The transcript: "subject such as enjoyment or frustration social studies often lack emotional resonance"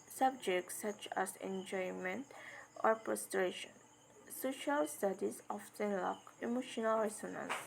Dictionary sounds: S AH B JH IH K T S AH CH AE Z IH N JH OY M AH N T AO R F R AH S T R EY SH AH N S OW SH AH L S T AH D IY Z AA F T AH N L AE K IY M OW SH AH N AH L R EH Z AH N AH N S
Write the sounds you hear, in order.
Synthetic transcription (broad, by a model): S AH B JH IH K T S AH CH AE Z IH N JH OY M AH N T AO R P R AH S T R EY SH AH N S OW SH AH L S T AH D IY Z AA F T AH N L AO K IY M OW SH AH N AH L R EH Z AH N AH N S